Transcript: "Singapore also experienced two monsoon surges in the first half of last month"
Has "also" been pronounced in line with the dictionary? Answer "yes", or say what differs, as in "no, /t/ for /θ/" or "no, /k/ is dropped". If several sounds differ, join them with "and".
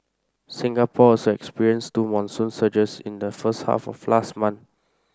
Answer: no, /l/ is dropped